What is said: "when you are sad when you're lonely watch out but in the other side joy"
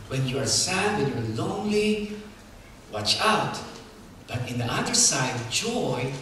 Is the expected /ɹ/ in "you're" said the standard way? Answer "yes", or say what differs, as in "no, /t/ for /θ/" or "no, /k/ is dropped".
no, /w/ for /ɹ/